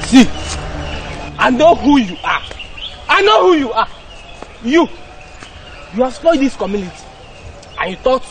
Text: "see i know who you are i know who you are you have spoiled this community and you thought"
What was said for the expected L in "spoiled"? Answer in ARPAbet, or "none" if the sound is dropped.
none